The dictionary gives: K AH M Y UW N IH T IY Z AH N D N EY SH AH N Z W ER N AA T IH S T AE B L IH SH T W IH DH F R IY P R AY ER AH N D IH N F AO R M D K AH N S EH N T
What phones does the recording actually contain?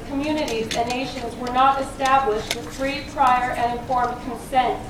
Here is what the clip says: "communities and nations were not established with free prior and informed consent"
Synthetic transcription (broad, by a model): K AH M Y UW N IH T IY Z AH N N EY SH AH N Z W ER N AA T IH S T AE B L IH SH T W IH DH F R IY P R AY ER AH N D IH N F AO R M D K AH N S EH N T